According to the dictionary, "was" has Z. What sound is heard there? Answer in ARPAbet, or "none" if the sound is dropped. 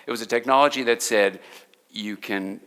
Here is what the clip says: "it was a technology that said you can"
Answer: Z